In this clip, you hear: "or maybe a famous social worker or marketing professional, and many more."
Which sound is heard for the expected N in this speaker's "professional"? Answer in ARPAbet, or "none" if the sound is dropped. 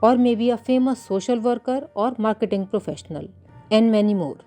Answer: N